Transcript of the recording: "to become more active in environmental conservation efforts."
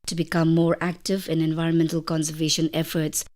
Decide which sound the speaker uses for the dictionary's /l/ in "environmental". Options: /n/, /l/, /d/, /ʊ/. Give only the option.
/l/